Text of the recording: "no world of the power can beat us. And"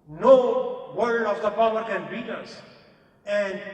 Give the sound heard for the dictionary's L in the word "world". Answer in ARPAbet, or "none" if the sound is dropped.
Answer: none